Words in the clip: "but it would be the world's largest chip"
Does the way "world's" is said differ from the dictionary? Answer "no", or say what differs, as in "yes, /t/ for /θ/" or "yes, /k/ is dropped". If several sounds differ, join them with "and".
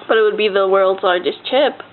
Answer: no